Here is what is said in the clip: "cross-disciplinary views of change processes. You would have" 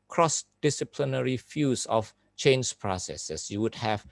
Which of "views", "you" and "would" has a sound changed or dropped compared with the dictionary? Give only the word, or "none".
views